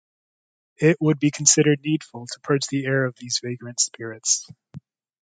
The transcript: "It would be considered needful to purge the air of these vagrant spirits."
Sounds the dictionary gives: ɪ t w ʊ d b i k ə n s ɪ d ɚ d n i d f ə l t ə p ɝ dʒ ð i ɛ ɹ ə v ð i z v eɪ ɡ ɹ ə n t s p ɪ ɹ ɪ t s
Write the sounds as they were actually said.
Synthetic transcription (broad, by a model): ɪ t w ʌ d b i k n s ɪ d ɚ d n i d f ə l t ə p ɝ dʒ ð i ɛ ɹ ə v ð i z v eɪ ɡ ɹ ə n t s p ɪ ɹ ɪ t s